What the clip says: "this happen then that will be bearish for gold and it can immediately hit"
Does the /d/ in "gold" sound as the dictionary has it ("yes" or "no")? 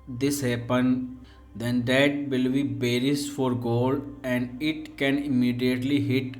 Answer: yes